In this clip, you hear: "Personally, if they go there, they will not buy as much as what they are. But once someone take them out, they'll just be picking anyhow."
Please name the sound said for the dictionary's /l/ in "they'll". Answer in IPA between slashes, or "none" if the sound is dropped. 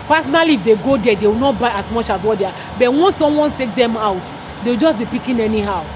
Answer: /w/